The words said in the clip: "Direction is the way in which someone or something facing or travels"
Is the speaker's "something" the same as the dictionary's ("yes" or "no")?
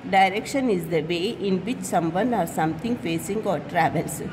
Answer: no